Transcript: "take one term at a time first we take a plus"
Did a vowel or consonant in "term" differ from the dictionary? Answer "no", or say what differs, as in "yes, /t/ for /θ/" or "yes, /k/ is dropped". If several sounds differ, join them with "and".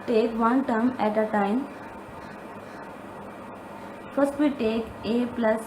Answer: no